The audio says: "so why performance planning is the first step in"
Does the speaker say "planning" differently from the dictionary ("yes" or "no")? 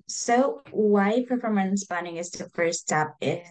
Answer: yes